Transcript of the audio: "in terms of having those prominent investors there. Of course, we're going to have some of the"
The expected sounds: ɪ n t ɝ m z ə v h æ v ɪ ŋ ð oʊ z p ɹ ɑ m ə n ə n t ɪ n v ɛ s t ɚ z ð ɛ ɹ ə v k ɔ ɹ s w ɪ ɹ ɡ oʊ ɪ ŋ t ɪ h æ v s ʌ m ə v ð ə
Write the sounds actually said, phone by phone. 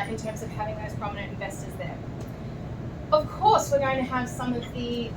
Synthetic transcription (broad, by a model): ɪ n t ɝ m z ə v h æ v ɪ ŋ ð oʊ z p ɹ ɑ m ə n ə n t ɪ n v ɛ s t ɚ z ð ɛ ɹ ə v k ɔ ɹ s w ɪ ɹ ɡ oʊ ɪ ŋ t ɪ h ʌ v s ʌ m ə v ð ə